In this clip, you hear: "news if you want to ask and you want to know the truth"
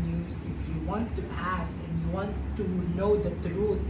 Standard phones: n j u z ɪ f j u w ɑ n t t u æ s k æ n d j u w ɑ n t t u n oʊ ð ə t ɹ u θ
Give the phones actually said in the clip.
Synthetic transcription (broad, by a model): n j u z ɪ f j u w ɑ n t t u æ s æ n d j u w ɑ n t t u n oʊ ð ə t ɹ u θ